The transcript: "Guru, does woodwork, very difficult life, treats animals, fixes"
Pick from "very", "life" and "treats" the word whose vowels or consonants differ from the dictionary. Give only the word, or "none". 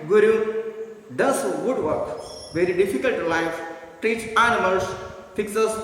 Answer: treats